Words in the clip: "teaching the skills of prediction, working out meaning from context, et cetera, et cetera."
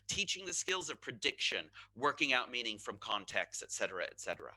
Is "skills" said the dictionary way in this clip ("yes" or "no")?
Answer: yes